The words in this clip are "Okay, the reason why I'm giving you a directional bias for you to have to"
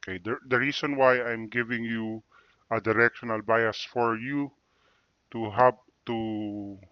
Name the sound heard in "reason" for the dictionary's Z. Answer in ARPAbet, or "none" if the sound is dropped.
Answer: S